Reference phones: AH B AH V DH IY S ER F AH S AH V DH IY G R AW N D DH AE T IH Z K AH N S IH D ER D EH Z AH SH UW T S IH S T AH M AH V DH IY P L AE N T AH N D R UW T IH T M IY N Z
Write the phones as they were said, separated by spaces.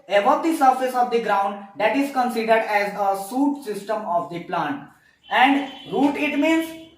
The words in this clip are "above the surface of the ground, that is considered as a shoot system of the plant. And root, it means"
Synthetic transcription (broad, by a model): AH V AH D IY S ER F AH S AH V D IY G R AW N D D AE T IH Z K AH N S IH D ER D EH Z AH S UW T S IH S T AH M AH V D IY P L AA N T AH N D R UW T IH T M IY N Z